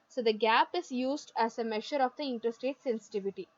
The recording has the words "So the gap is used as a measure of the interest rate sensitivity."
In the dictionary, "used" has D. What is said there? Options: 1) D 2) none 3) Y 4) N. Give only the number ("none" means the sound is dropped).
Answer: 1